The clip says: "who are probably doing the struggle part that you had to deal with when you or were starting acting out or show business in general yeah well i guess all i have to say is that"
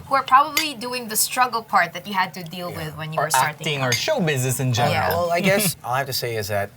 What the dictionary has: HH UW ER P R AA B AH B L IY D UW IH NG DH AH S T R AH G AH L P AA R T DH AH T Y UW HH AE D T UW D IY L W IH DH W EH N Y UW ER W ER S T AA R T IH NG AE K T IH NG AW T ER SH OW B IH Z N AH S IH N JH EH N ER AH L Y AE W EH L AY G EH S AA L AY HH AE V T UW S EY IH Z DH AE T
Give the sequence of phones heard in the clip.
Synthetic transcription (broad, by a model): HH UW ER P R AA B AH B L IY D UW IH NG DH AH S T R AH G AH L P AA R T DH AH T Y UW HH AE D T UW D IY L W IH DH W EH N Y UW ER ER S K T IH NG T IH NG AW ER SH OW B IH Z N AH S IH N JH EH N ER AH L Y W EH L AY G EH S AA L HH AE F T UW S EY IH Z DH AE T